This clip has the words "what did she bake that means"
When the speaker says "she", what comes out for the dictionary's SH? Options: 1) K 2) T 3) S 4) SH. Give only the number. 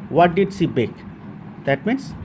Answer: 3